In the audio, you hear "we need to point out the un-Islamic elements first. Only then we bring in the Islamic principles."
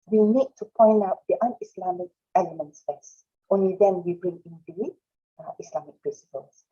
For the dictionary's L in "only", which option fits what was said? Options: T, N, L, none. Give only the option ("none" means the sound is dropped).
L